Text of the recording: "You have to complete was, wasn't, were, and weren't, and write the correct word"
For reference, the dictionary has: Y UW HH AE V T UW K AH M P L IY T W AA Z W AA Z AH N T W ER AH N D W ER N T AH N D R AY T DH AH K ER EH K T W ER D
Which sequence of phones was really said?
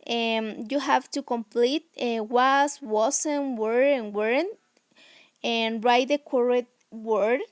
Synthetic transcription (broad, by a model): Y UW HH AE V T UW K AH M P L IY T W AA S W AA S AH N W ER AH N W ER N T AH N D R AY T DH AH K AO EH T W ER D